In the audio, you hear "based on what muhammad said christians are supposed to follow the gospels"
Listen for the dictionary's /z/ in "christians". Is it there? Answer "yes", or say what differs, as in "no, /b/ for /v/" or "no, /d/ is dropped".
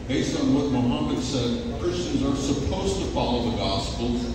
yes